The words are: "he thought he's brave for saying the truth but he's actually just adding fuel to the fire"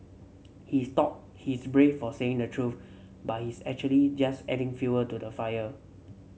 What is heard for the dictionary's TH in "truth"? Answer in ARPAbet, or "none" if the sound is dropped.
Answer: F